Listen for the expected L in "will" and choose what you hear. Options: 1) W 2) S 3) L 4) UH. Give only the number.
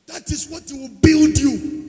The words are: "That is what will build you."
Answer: 1